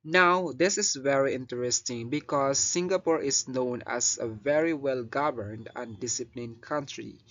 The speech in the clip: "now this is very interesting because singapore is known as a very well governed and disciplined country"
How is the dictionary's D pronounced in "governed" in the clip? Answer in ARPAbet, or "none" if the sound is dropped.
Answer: D